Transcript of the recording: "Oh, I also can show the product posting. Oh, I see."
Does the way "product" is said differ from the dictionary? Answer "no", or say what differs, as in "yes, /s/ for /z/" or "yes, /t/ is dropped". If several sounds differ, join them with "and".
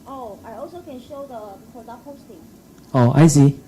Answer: yes, /ɹ/ is dropped